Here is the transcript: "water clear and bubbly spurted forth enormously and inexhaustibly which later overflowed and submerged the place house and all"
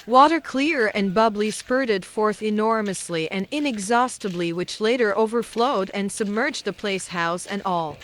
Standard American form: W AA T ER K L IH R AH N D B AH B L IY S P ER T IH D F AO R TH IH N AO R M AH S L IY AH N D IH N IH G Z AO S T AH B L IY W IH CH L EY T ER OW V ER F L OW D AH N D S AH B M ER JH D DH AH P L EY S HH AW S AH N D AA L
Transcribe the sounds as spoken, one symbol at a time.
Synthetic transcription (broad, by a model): W AA T ER K L IH R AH N B AH B L IY S P ER T IH D F AO R TH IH N AO R M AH S L IY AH N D IH N IH G Z AO S T AH B L IY W IH CH L EY T ER OW V ER F L OW D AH N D S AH B M ER JH DH AH P L EY S HH AW S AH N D AA L